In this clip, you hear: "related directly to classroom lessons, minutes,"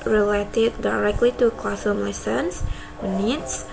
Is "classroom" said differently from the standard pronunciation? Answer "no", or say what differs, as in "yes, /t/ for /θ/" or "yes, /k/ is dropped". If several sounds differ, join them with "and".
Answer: yes, /ɹ/ is dropped